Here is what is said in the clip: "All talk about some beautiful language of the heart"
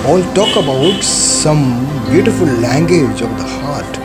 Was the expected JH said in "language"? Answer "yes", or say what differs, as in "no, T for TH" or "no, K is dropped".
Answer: yes